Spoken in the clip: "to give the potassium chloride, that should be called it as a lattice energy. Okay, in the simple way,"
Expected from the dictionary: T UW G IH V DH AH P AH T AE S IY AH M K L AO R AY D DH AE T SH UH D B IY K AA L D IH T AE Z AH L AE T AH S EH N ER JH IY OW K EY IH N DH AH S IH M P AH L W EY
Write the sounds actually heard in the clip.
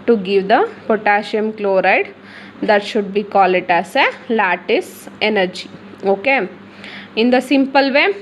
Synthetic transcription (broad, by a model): T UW G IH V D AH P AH T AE SH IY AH M K L AO R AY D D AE T SH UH D B IY K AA L IH T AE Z AH L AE T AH S EH N ER JH IY OW K EY IH N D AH S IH M P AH L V EY